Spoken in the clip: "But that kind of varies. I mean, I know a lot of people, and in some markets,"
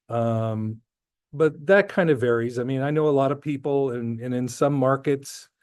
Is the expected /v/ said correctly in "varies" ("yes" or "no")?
yes